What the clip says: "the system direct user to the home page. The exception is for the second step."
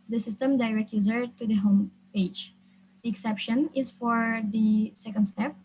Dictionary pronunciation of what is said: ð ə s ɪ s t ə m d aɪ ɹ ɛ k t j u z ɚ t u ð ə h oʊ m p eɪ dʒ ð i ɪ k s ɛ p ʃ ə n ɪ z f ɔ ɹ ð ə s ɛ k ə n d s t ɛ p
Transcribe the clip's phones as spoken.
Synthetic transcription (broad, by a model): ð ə s ɪ s t ə m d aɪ ɹ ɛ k j u z ɚ t u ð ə h oʊ m p eɪ dʒ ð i ɪ k s ɛ p ʃ ə n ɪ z f ɔ ɹ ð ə s ɛ k ə n d s t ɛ p